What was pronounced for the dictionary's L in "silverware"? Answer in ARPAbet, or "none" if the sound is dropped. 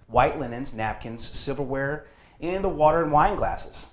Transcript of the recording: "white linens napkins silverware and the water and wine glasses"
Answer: none